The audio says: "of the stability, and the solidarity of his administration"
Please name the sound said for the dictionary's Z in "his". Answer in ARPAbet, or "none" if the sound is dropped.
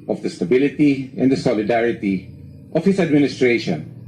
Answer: S